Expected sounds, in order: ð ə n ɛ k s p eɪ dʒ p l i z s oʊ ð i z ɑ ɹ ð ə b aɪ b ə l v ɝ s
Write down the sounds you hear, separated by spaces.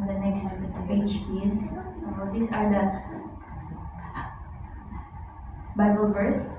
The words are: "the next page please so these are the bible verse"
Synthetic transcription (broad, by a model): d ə n ɛ k s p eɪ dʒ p i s s oʊ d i s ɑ ɹ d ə b aɪ b ə l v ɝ s